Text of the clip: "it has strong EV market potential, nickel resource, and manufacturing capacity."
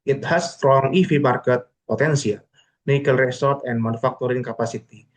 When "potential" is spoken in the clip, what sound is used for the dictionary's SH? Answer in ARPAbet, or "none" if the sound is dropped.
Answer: S